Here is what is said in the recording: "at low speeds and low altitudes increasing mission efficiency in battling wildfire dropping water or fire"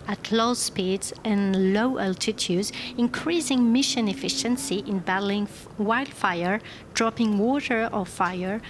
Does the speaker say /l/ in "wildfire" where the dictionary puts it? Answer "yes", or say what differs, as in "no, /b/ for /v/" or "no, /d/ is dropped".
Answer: yes